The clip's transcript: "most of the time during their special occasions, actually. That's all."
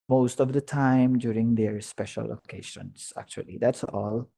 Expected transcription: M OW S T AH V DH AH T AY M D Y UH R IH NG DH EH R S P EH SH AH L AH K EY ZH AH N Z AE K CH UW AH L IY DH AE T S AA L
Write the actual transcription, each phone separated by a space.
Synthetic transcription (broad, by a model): M OW S T AH V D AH T AY M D Y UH R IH NG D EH R S P EH SH AH L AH K EY SH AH N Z AE K CH UW AH L IY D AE T S AA L